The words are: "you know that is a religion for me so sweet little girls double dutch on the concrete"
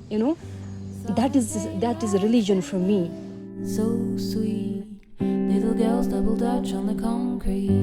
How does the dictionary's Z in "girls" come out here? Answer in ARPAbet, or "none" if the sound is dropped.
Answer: Z